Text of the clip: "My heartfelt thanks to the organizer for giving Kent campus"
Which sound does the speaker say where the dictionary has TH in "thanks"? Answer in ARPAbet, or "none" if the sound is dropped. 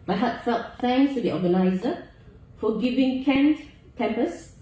F